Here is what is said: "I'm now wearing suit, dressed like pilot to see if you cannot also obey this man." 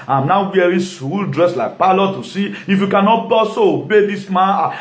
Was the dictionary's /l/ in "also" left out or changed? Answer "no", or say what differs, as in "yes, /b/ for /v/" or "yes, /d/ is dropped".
yes, /l/ is dropped